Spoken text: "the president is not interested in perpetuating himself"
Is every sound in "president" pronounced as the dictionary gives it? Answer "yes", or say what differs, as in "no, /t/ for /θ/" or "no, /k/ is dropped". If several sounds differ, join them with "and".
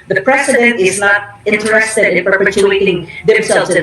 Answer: no, /s/ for /z/